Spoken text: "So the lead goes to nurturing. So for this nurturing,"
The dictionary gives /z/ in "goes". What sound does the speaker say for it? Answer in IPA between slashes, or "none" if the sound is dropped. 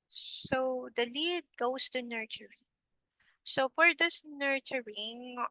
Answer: /s/